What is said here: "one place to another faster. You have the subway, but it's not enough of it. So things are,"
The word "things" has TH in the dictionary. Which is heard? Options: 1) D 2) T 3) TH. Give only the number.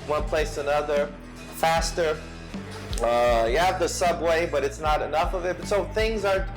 3